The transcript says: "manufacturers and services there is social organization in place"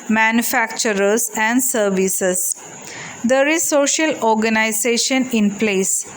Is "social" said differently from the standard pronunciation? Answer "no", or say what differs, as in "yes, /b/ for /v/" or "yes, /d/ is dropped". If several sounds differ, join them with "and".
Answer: no